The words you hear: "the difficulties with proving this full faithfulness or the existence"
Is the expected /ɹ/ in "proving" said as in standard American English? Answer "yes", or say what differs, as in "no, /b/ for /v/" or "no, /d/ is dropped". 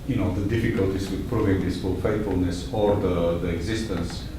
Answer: yes